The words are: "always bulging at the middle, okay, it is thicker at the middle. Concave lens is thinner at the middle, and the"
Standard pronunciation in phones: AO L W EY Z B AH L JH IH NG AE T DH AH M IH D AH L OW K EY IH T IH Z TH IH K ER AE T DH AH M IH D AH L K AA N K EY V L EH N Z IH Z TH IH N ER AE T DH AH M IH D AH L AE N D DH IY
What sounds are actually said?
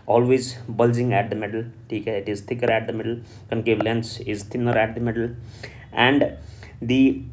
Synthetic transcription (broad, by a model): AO L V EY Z B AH L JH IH NG AE T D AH M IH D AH L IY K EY IH T IH Z T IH K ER AE T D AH M IH D AH L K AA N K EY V L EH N S IH Z T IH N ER AE T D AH M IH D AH L AE N D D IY